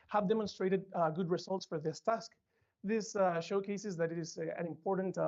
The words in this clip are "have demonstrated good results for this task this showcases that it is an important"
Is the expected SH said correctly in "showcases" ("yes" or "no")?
yes